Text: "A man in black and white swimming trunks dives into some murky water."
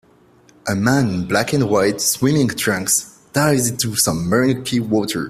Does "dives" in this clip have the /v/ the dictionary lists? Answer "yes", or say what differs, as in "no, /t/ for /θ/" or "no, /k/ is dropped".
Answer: no, /v/ is dropped